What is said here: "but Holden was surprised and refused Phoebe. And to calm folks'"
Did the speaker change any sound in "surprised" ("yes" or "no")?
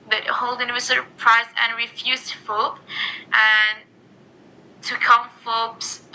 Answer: yes